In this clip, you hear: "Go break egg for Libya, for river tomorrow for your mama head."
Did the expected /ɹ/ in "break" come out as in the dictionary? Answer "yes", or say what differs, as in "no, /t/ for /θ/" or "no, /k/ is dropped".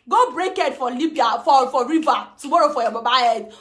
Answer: yes